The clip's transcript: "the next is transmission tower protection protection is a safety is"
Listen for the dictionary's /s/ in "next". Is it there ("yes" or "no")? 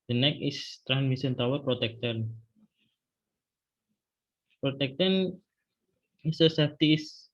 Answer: no